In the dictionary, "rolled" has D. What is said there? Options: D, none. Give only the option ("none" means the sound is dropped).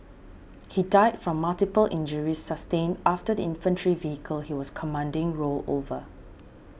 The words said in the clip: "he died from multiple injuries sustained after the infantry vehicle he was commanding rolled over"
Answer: none